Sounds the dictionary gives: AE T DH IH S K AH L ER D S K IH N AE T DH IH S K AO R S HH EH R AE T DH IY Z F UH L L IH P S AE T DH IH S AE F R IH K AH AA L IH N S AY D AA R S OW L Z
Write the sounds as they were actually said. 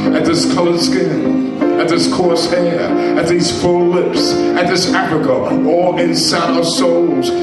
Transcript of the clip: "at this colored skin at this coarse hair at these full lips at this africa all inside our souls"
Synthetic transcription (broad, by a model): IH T DH IH S K AH L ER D S K IH N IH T DH IH S K AO R S HH EH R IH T DH IY Z F UH L L IH P S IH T DH IH S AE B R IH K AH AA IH N S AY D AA S OW L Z